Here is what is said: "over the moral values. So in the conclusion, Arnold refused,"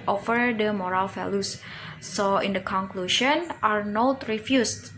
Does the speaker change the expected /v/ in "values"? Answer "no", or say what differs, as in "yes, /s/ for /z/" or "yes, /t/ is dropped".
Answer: yes, /f/ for /v/